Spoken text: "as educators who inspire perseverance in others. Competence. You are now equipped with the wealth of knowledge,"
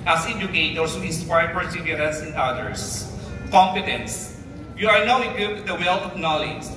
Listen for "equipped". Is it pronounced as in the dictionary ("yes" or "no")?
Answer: no